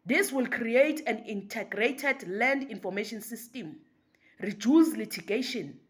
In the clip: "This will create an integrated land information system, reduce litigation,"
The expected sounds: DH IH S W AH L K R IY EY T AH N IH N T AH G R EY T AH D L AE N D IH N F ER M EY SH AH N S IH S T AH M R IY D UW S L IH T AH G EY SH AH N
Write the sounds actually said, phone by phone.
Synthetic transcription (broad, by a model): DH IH S W AH L K R IY EY T AH N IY N T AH G R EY T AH D L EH N D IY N F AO M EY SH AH N S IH S T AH M R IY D UW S L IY T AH G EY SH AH N